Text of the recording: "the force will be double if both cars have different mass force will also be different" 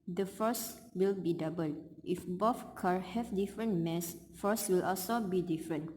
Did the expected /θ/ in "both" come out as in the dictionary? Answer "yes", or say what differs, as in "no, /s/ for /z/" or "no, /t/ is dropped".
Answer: no, /f/ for /θ/